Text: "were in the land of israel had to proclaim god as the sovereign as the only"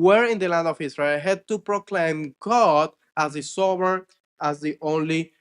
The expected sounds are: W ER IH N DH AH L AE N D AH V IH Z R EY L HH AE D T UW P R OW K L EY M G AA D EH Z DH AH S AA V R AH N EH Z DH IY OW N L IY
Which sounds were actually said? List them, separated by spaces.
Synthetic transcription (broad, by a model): W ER IH N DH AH L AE N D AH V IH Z R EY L HH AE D T UW P R OW K L EY M G AA D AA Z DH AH S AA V AH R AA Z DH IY OW N L IY